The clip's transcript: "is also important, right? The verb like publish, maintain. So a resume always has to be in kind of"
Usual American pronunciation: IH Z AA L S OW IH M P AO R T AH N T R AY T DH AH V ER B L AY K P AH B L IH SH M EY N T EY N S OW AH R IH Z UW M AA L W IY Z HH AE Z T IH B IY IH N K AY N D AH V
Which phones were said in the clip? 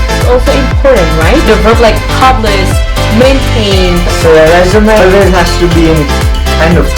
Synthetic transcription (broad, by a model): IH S AA L S OW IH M P AO R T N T R AY T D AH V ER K L AY K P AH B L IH S M EY N T EY N S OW AH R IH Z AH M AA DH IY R HH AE S T IH B IY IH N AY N AH